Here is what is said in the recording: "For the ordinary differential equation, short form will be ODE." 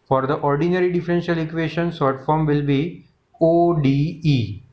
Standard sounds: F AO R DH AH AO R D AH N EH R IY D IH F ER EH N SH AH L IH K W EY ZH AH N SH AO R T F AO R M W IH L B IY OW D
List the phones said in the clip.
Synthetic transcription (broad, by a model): F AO R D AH AO R D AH N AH R IY D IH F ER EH N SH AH L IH K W EY SH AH N S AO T F AO R M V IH L B IY OW D